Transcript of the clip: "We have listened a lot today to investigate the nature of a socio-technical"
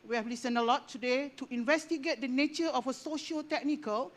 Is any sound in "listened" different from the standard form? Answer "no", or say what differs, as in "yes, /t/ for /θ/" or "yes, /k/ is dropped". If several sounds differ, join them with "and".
yes, /d/ is dropped